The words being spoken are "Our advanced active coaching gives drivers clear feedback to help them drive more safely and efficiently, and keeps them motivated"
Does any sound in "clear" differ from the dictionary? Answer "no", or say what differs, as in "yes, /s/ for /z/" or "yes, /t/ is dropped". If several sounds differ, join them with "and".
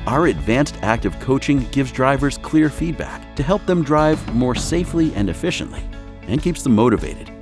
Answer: no